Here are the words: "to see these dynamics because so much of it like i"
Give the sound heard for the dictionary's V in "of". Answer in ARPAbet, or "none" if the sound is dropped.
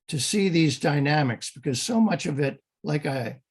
V